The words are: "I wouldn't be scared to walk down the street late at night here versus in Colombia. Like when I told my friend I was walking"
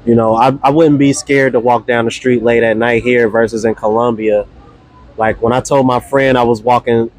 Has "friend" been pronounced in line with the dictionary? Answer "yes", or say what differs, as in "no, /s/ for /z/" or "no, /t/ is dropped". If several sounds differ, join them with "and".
yes